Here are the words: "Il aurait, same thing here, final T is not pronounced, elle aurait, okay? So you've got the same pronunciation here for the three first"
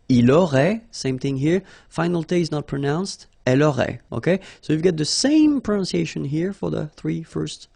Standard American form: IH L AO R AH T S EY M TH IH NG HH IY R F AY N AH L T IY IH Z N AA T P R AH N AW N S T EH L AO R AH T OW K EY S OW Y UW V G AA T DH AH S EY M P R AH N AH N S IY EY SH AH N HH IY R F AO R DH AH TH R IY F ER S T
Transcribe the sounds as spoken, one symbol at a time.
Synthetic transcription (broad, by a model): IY L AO R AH S EY M TH IH NG HH IY R F AY N AH L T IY IH Z N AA T P R AH N AW N S T EH L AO R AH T OW K EY S OW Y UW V G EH T DH AH S EY M P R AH N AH N S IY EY SH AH N HH IY R F AO R DH AH TH R IY F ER S T